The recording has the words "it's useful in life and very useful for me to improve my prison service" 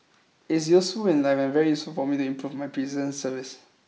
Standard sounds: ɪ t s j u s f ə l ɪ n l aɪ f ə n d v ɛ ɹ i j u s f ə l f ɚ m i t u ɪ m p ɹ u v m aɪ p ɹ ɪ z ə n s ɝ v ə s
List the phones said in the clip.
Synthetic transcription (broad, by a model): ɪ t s j u s f ə l ɪ n l aɪ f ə n v ɛ ɹ i j u s f ə l f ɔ m i t u ɪ m p ɹ u v m aɪ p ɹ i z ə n s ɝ v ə s